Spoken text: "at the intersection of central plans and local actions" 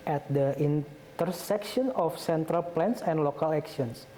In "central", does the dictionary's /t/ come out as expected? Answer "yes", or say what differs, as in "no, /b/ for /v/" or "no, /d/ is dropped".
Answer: yes